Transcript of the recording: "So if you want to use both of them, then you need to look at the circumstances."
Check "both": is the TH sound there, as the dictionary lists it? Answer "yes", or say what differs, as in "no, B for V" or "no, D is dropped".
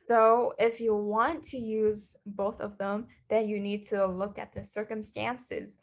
yes